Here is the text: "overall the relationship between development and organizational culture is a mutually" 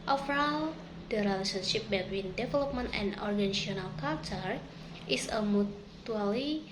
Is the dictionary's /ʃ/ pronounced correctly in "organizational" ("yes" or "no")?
no